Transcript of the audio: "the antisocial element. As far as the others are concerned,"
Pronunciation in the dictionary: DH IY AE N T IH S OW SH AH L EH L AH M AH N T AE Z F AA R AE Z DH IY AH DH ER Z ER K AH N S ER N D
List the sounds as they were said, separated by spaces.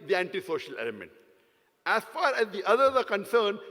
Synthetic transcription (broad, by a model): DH IY AE N T IH S OW SH AH L EH L AH M AH N T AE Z F AA R AE Z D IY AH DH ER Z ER K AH N S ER N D